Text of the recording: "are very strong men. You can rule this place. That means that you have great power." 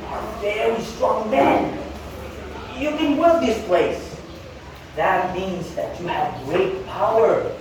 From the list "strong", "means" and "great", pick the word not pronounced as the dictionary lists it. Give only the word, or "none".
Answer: none